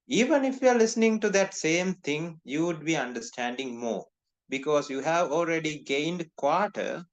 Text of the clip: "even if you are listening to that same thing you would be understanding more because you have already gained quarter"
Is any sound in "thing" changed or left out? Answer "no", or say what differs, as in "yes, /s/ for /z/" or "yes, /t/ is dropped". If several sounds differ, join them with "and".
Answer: yes, /t/ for /θ/